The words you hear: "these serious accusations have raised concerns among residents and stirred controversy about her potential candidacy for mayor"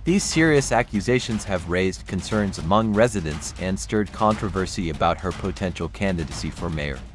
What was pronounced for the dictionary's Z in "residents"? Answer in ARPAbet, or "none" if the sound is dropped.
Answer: Z